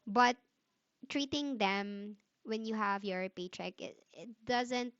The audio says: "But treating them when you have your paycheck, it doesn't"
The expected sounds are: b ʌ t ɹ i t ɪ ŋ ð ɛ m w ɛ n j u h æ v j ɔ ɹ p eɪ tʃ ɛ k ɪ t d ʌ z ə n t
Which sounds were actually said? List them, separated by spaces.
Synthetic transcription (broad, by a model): b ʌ t ɹ i t ɪ ŋ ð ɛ m w ɛ n j u h æ v j ɔ ɹ p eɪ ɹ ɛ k ɪ t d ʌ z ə n t